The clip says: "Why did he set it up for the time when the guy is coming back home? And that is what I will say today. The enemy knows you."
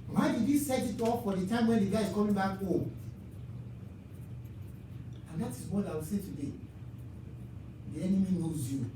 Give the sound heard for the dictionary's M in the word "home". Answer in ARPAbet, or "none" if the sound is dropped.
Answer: none